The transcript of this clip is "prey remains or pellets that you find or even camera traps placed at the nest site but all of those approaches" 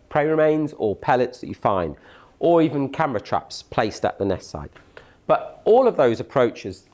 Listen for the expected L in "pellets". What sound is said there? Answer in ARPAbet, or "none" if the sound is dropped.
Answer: L